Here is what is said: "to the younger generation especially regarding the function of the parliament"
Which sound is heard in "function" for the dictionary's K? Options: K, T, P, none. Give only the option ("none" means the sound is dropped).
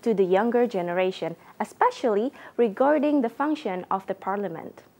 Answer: K